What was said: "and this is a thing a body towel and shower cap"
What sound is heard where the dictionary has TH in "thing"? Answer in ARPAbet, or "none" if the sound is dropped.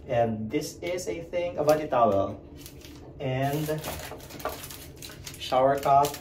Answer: TH